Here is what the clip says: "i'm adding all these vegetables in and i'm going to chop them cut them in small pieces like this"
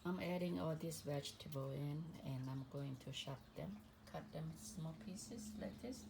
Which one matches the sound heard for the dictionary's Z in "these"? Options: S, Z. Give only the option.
S